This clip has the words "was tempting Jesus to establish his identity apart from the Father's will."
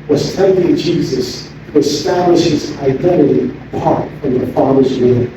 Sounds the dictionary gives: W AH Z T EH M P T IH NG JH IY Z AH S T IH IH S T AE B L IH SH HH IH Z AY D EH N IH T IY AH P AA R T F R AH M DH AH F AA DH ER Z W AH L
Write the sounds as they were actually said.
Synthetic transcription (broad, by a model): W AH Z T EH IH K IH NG JH IY Z AH S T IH IH S T AE B L IH SH HH IH Z AY D EH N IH T IY AH P AA R T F R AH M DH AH F AA DH ER Z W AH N